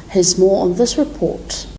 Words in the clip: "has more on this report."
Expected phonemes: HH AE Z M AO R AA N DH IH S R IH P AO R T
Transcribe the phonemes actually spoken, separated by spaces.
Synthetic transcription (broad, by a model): HH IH Z M AO R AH N DH IH S R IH P AO R T